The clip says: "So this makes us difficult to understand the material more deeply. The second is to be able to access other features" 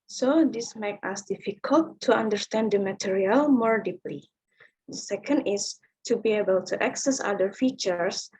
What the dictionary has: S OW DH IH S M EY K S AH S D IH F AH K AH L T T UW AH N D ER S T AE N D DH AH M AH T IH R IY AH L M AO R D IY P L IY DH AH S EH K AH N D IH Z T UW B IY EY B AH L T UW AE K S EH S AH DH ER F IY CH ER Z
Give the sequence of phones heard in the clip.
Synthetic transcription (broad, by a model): S OW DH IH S M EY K AH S D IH F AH K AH L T T UW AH N D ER S T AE N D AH M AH T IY R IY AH L M AO R D IY P L IY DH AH S EH K AH N D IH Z T UW B IY EY B AH L T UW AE K S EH S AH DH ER F IY CH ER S